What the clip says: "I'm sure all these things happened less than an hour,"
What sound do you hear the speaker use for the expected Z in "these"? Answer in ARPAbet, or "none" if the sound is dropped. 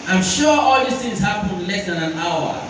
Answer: S